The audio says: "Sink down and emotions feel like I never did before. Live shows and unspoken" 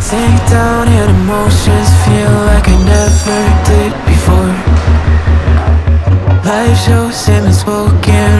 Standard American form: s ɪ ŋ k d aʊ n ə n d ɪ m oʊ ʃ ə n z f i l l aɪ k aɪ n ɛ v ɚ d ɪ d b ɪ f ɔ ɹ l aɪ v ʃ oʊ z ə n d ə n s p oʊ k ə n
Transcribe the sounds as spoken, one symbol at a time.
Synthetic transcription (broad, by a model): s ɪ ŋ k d aʊ n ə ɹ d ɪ m oʊ ə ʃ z f i l l aɪ k aɪ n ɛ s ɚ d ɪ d b ɪ f ɔ ɹ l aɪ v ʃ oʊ s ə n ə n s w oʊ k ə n